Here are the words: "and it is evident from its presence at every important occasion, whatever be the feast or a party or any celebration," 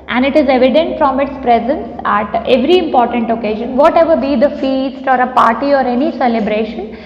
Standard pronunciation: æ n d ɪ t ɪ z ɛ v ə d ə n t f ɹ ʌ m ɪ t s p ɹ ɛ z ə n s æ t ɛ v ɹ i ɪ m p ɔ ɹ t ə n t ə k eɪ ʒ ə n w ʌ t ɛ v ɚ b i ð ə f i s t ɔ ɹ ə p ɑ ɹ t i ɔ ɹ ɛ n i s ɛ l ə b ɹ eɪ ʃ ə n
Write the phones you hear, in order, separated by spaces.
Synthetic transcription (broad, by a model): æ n d ɪ t ɪ z ɛ v ə d ə n t f ɹ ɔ m ɪ t s p ɹ ɛ z ə n s æ t ɛ v ɹ i ɪ m p ɔ ɹ t ə n t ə k eɪ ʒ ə n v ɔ t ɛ v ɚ b i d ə f i s t ɔ ɹ ə p ɑ ɹ t i ɔ ɹ ɛ n i s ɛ l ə b ɹ eɪ ʃ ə n